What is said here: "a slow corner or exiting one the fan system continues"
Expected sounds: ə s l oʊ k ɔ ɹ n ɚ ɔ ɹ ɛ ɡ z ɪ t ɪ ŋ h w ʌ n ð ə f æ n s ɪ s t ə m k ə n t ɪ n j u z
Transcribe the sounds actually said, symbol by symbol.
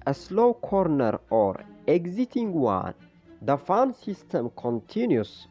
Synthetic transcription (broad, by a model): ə s l oʊ k ɔ ɹ n ɚ ɔ ɹ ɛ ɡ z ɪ t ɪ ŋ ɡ w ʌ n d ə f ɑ n s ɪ s t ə m k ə n t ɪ n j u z